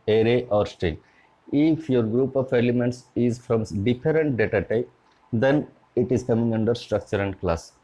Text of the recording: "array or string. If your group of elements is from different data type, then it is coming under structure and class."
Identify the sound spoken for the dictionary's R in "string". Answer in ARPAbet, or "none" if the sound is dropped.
none